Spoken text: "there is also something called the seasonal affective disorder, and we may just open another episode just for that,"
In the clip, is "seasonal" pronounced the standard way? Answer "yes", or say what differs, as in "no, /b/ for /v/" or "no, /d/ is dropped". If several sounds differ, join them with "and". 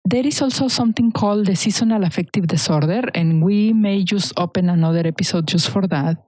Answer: no, /s/ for /z/